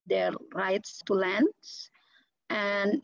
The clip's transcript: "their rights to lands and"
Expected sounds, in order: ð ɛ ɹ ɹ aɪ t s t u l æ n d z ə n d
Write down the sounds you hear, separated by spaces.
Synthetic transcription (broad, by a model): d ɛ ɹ ɹ aɪ t s t u l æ n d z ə n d